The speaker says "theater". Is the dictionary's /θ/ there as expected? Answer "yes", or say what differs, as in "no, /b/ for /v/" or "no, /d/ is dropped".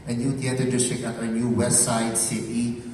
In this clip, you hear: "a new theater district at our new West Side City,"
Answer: no, /t/ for /θ/